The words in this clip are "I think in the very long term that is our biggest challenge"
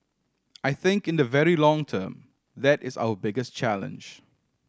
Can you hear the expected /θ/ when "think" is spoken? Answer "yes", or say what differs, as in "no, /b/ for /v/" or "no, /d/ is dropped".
yes